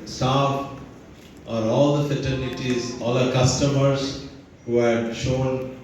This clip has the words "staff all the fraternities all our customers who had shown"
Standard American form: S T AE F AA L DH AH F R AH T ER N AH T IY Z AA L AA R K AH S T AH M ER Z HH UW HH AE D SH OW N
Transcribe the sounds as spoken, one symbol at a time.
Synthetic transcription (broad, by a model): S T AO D AA L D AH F AH T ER N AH T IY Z AA L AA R K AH S T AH M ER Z HH UW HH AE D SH OW N